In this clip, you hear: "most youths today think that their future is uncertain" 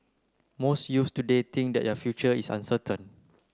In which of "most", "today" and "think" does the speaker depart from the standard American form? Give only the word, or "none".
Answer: think